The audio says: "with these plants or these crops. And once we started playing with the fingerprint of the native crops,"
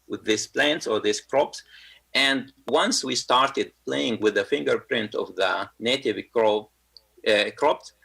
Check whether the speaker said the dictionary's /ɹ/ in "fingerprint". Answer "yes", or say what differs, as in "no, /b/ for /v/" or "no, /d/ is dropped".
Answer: yes